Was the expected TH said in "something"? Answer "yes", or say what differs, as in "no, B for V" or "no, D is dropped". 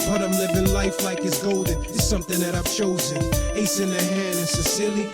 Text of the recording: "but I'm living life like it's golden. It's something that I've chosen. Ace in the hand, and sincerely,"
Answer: yes